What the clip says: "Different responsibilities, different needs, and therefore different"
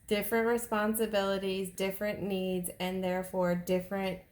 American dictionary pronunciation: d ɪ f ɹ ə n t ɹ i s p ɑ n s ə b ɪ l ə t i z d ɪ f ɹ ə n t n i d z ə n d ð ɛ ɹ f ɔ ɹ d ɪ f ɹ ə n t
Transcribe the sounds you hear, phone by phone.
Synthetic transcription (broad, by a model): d ɪ f ɹ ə n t ɹ i s p ɑ n s ə b ɪ l ə t i z d ɪ f ɹ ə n n i d z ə n ð ɛ ɹ f ɔ ɹ d ɪ f ɹ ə n t